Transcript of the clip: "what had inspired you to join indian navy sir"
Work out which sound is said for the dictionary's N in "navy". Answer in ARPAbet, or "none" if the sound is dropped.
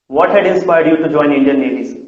L